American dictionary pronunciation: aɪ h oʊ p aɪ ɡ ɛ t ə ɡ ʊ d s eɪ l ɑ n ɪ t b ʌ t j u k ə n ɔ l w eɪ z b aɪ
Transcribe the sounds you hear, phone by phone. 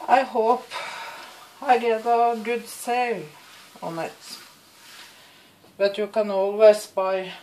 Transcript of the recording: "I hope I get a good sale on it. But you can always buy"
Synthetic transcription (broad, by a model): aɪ h oʊ p aɪ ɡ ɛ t ə ɡ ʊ d s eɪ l ɑ n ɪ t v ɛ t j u k ə n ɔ l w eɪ s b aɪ